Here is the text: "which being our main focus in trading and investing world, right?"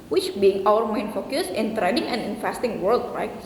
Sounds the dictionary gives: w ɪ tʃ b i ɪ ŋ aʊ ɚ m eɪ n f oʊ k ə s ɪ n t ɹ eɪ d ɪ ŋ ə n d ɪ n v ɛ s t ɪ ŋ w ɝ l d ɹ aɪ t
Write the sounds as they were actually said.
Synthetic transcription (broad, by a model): w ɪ tʃ b i ɪ ŋ aʊ ɚ m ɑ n f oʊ k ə s ɪ n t ɹ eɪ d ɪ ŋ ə n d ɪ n f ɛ s t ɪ ŋ w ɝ l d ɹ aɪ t